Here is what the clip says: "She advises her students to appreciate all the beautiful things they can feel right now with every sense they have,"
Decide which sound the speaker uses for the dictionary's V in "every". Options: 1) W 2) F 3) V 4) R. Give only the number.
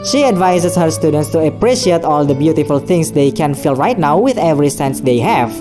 3